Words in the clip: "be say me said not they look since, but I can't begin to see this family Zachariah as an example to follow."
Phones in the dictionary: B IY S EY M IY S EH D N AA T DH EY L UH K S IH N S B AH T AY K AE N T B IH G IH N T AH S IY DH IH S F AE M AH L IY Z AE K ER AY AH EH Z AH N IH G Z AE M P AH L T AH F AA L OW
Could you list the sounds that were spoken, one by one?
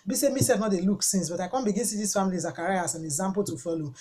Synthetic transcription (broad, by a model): B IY S EY M IY S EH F N AA T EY L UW K S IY N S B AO T AY K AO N B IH G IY N S IY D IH S F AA M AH L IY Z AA K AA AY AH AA S AH N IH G Z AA M P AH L T AH F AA L OW